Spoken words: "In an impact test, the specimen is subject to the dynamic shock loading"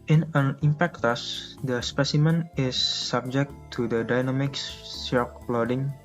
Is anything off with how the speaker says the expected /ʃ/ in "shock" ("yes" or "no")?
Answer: yes